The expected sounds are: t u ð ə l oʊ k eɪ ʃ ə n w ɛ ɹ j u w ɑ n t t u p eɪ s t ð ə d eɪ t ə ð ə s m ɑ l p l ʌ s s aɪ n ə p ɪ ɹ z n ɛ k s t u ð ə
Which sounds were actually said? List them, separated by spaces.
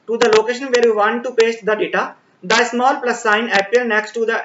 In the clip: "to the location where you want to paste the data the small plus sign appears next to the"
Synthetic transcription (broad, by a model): t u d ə l oʊ k eɪ ʃ ə n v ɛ ɹ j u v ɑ n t t u p eɪ s t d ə d eɪ t ə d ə s m ɑ l p l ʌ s s aɪ n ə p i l n ɛ k s t u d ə